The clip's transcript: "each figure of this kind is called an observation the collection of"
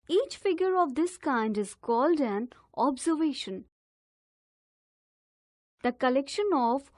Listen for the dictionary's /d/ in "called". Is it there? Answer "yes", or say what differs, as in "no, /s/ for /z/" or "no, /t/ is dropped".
yes